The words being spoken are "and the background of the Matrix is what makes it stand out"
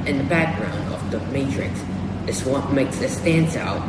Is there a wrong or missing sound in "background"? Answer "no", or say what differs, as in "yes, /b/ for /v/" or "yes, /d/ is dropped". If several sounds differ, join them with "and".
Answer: no